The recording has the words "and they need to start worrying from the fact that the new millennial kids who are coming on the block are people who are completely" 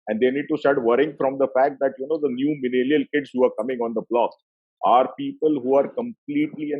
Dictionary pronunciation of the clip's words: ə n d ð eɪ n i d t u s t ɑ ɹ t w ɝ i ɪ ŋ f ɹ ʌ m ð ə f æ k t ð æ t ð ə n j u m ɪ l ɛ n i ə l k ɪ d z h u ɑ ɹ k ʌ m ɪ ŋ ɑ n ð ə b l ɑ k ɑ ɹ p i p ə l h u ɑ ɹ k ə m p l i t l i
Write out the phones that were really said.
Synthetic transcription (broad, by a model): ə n d eɪ n i d t u s t ɑ ɹ t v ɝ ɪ ŋ f ɹ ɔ m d ə f æ k t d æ t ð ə n j u m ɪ n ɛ l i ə l k ɪ d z h u ɑ ɹ k ʌ m ɪ ŋ ɑ n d ə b l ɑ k ɑ ɹ p i p ə l h u ɑ ɹ k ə m p l i t l i